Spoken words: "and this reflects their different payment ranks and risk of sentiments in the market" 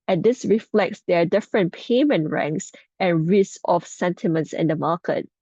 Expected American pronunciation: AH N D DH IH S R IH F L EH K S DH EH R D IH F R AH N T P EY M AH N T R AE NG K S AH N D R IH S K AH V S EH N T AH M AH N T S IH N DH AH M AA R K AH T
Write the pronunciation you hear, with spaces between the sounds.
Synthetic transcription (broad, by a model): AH N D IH S R IH F L EH K S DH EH D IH F R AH N P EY M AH N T R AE NG K S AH N R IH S AH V S EH N T AH M AH N T S IH N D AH M AA K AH T